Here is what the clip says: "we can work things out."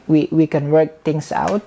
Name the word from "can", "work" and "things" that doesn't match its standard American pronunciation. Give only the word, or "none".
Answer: things